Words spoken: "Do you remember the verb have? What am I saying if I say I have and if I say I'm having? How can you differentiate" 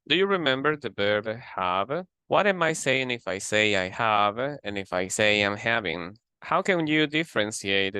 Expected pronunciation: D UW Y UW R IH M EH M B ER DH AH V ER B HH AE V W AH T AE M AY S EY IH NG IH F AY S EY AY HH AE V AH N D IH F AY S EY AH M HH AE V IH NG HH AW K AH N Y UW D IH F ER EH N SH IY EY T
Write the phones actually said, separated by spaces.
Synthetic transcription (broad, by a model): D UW Y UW R IH M EH M B ER DH AH B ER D HH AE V W AH T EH M AY S EY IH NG IH F AY S EY AY HH AE V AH N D IH F AY S EY AH M HH AE V IH NG HH AW K AH N Y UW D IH F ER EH N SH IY EY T